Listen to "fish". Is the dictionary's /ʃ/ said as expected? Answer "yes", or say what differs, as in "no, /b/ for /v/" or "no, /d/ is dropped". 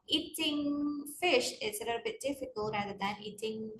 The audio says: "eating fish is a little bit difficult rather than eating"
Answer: yes